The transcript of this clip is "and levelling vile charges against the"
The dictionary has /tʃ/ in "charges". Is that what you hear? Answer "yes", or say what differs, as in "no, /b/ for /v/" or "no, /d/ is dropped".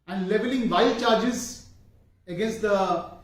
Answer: yes